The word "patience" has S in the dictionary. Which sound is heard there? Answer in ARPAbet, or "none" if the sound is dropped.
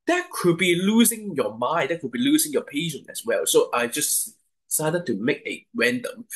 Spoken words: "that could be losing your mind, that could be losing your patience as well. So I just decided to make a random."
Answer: none